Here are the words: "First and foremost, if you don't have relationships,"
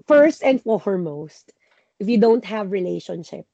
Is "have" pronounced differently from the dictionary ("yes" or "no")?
no